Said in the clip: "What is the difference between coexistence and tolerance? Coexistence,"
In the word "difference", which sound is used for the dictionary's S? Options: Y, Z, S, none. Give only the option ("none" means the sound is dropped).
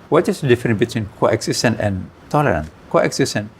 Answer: none